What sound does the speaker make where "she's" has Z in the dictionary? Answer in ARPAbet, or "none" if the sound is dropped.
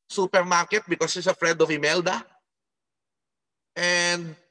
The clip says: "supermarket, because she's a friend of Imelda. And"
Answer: S